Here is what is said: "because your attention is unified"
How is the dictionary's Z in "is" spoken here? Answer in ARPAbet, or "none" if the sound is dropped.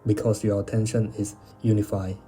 S